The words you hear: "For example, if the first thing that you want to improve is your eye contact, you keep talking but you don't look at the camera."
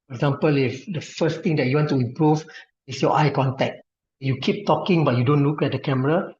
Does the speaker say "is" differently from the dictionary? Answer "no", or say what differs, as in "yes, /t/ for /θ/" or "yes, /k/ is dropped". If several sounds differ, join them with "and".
yes, /s/ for /z/